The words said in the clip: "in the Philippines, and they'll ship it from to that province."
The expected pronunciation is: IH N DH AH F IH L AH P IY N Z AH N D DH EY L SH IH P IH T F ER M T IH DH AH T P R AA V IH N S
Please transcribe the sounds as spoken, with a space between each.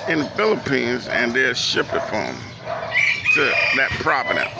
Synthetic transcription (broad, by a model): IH N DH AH F IH L AH P IY N Z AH N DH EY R SH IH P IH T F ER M T IH DH AH T P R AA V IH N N